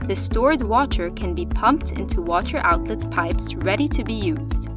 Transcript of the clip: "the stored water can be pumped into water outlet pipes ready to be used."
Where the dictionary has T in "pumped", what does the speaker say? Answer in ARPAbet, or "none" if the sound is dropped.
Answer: T